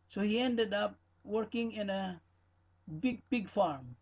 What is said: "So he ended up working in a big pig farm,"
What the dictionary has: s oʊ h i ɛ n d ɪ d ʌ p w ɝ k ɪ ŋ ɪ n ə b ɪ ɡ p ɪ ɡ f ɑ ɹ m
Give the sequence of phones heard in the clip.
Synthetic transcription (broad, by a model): s oʊ h i ɛ n d ɪ d ʌ p w ɝ k ɪ ŋ ɪ n ə b ɪ ɡ b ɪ ɡ f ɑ ɹ m